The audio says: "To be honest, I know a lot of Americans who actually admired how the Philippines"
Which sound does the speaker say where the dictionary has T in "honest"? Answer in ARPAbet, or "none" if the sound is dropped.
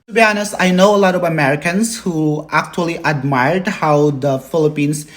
none